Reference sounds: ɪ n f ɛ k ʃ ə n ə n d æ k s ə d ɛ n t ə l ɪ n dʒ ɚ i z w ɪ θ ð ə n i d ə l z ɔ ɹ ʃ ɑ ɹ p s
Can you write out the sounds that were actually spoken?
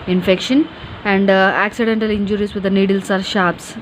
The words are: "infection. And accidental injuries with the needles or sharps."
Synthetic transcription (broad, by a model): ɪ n f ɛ k ʃ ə n ə n d æ k s ə d ɛ n t ə l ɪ n dʒ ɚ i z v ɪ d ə n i d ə l s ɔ ɹ ʃ ɑ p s